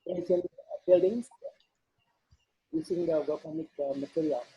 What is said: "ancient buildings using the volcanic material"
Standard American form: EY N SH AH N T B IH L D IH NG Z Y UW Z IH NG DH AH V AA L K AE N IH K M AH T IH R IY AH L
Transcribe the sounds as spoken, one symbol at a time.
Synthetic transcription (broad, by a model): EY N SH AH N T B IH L D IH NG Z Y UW S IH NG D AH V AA K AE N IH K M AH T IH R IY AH